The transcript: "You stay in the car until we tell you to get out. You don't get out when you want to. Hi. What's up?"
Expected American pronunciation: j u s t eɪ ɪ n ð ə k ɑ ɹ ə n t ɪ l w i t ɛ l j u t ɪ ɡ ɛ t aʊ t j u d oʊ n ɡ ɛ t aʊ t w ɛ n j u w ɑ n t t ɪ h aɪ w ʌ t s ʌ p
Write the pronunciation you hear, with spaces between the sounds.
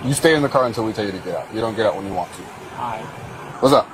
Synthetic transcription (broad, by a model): j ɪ s t eɪ ɪ n ð ə k ɑ ɹ ə n t ɪ l w i t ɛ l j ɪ t ɪ ɡ ɛ t aʊ t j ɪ d oʊ n ɡ ɛ t aʊ t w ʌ n j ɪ w ɑ n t t ɪ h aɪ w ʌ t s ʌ